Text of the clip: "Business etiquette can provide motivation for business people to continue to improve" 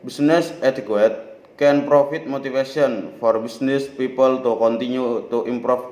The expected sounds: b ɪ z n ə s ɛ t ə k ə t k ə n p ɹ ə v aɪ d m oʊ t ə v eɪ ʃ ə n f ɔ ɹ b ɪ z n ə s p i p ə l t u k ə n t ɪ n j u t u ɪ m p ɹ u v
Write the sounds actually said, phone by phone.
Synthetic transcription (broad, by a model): b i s n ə s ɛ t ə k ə t k ə n p ɹ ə f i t m oʊ t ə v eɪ s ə n f ɔ ɹ b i s n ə s p i p ə l t u k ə n t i n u t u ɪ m p ɹ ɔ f